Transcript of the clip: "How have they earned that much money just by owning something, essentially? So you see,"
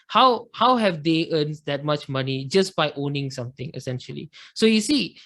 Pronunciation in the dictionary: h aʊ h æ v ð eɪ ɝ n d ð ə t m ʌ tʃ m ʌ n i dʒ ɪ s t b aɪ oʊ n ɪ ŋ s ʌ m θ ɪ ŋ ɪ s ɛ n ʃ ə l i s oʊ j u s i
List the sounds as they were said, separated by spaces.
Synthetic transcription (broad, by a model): h aʊ h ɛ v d eɪ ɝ n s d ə t m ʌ tʃ m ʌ n i dʒ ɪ s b aɪ oʊ n ɪ ŋ s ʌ m t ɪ ŋ ɪ s ɛ n ʃ ə l i s oʊ j u s i